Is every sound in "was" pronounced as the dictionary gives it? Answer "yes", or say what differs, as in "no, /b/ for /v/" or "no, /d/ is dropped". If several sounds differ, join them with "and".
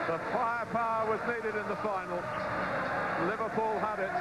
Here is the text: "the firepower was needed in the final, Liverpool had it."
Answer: yes